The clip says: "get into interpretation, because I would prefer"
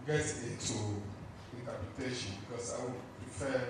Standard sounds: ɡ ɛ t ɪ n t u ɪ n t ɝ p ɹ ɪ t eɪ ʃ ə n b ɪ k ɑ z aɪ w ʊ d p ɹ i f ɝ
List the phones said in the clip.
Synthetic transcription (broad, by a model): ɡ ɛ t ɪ t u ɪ n t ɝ p ɹ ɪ t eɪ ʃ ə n b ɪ k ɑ s aɪ w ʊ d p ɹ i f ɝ